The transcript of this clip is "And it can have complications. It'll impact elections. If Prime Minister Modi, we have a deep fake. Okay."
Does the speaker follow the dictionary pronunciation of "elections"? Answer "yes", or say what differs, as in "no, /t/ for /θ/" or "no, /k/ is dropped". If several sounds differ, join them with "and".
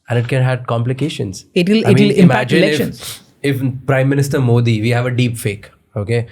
no, /l/ is dropped and /k/ is dropped and /z/ is dropped